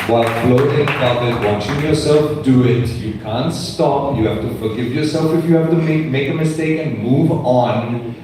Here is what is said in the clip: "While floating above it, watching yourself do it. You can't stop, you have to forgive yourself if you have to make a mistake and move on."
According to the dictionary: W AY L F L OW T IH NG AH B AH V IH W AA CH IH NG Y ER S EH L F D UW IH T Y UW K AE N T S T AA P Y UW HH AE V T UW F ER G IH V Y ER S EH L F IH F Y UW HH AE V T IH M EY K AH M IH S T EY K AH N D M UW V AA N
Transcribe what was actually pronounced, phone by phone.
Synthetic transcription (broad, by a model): W AY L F L OW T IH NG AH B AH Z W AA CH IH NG Y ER S EH L F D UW IH T Y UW K AE N T S T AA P Y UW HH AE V T UW F ER G IH V Y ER S EH L F IH F Y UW HH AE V T IH M EY K AH M IH S T EY K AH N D M UW V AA N